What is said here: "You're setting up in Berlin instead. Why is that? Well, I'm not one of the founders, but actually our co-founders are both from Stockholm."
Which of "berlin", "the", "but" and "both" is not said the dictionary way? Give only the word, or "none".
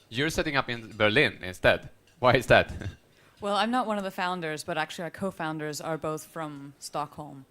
none